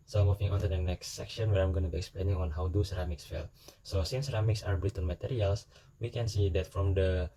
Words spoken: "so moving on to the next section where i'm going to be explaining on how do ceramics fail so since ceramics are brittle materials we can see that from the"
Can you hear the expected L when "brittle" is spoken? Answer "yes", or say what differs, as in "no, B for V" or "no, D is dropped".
no, N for L